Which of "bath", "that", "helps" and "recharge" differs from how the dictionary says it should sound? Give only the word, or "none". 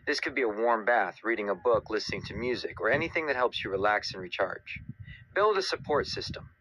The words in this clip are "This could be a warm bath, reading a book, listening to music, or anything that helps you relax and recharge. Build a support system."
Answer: none